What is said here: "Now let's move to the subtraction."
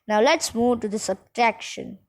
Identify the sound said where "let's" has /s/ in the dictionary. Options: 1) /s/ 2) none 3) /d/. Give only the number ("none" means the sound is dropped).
1